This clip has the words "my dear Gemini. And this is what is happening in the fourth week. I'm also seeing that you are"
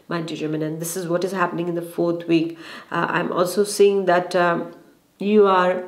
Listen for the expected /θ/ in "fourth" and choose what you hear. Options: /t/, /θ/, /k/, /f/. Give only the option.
/t/